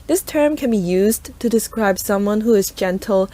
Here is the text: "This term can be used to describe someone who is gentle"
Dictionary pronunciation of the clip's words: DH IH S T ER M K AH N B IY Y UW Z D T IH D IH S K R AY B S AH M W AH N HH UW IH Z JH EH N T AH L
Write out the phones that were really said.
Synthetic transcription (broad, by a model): DH IH S T ER M K AH N B IY Y UW Z T IH D IH S K R AY B S AH M W AH N HH UW IH Z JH EH N T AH L